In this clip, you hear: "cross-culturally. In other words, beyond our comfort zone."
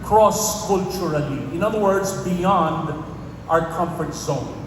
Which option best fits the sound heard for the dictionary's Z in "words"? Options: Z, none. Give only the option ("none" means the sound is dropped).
Z